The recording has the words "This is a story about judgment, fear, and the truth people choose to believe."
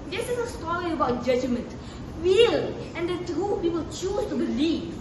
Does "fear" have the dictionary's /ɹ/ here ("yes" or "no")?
no